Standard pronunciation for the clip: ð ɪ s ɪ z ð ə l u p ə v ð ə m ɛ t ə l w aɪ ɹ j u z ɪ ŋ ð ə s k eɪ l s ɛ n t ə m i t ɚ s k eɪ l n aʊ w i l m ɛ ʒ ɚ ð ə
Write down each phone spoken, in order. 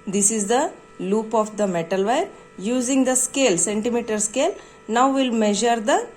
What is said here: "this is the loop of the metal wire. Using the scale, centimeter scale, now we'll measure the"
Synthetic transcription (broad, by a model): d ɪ s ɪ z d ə l u p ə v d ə m ɛ t ə l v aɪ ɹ j u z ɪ ŋ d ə s k eɪ l s ɛ n t ə m i t ɚ s k eɪ l n aʊ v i l m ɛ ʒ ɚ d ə